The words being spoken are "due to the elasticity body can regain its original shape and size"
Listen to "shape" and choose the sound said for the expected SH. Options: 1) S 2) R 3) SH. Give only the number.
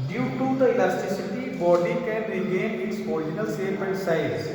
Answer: 1